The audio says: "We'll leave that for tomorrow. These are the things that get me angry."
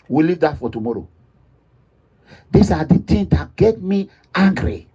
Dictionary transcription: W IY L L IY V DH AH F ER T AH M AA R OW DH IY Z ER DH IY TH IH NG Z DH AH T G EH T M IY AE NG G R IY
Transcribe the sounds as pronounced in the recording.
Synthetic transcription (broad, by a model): W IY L L IY V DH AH F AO T AH M AA R OW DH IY S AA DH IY T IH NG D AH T G EH T M IY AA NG G R IY